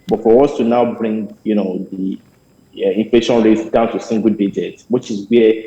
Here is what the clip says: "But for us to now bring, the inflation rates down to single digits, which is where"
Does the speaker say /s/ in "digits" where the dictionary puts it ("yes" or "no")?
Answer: no